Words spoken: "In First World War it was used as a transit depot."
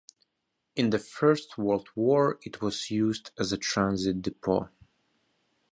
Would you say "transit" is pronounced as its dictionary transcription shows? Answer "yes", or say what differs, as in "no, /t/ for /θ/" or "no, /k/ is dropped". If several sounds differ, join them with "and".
yes